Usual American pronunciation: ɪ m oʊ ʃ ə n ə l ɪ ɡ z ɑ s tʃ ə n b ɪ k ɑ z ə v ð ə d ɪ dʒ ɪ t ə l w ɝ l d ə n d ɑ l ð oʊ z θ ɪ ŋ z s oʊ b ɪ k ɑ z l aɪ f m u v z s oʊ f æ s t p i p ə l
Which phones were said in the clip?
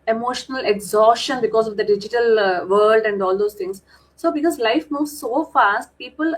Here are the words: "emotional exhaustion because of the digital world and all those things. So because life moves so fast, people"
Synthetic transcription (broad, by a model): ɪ m oʊ ʃ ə n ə l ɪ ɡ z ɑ s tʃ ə n b ɪ k ɑ z ə v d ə d ɪ dʒ ɪ t ə l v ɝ l d ə n d ɑ l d oʊ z t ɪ ŋ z s oʊ b ɪ k ɑ z l aɪ f m u v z s oʊ f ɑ s t p i p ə l